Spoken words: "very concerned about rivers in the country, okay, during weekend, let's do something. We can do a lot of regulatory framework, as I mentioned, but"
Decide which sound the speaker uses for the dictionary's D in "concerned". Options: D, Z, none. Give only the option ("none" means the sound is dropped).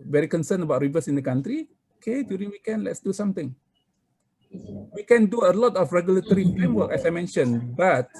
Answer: none